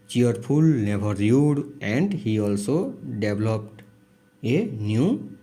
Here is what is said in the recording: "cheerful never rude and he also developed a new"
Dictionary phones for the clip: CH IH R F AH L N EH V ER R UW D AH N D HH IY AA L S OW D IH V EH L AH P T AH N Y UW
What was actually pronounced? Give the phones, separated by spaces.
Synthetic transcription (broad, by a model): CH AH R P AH L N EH B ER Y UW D AH N D HH IY AA L S OW D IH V L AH P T AH N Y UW